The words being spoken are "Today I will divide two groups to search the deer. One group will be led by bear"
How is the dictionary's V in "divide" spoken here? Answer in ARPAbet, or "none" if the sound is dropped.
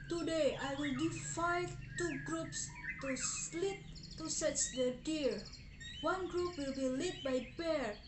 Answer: F